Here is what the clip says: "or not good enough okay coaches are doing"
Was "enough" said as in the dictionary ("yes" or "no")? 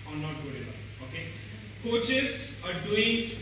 no